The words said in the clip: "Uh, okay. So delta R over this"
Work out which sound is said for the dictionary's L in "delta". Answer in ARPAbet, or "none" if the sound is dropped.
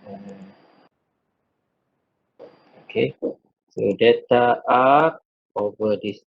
none